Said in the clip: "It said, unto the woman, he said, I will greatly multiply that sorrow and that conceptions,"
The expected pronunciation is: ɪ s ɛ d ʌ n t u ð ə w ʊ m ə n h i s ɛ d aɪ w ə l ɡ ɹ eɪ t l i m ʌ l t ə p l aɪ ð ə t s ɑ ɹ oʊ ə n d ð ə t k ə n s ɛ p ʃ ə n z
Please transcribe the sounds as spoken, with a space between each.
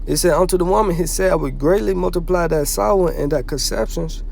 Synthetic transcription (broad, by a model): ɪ s ɛ d ʌ n t u ð ə w ʊ m ə n h i s ɛ d aɪ w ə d ɡ ɹ eɪ t l i m ʌ l t ə p l aɪ ð ə t s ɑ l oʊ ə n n ð ə t k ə n s ɛ p ʃ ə n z